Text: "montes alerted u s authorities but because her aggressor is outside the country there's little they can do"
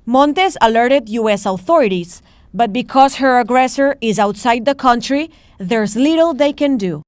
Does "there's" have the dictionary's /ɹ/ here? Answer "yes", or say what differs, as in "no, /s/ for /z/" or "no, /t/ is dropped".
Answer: yes